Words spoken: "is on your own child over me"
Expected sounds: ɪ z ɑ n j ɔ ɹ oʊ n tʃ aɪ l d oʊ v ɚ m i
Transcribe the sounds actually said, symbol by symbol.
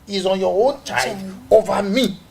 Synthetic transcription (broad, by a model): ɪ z ɑ n j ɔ oʊ n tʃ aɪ d oʊ v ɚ m i